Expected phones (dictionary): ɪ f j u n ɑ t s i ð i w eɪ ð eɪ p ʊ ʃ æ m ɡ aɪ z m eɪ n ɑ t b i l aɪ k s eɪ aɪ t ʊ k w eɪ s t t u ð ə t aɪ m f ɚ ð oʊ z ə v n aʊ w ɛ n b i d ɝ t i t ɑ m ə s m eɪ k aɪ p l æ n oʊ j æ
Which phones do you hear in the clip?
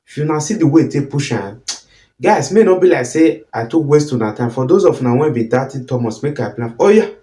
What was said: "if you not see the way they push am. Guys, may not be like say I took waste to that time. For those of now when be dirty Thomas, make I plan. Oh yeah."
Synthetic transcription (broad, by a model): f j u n ɑ s i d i w eɪ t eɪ p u ʃ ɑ ɡ aɪ s m eɪ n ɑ b i l aɪ k s eɪ aɪ t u k w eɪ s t t u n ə t aɪ m f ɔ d oʊ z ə f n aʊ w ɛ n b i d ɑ t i t ɑ m ə s m eɪ k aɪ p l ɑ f oʊ j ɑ